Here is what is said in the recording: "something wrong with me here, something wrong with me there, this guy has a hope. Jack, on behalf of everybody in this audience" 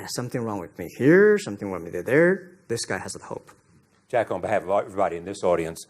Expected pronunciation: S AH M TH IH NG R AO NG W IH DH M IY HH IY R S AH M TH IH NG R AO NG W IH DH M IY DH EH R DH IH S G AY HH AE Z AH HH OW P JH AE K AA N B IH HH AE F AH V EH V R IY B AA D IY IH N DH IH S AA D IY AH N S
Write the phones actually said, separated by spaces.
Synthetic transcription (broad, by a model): S AH M TH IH NG R AO NG W IH DH M IY HH IY R S AH M TH IH NG W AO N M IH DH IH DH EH R DH IH S G AY HH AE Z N HH OW P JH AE K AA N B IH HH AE AH V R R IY IH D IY IH N DH IH S AA D IY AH N S